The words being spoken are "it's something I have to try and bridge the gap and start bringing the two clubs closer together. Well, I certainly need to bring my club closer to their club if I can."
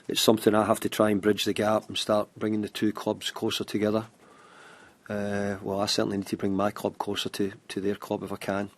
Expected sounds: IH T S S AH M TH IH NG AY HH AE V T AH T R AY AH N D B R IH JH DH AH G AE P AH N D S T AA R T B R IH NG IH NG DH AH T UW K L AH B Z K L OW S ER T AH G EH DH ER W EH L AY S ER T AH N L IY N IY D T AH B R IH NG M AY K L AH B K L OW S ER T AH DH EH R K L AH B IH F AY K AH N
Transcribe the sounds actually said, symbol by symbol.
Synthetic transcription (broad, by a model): IH T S S AH M TH IH NG AY HH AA F T AH T R AY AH N B R IH JH DH AH G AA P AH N S T AA R T B R IH NG IH NG DH AH T UW K L AH B Z K L OW S ER T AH G EH DH ER W EH L AY S ER T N IY N IY D T AH B R IH NG M AY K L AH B K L OW S ER T AH DH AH R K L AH B IH F AY K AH N